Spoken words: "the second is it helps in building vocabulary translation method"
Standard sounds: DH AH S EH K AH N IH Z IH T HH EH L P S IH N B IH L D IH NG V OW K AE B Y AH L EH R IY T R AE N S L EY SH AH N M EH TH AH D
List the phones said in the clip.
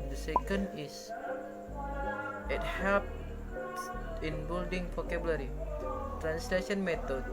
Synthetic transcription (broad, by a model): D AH S EH K AH N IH S IH T HH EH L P IH N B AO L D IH NG P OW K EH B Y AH L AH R IY T R AE N S L EY SH AH N M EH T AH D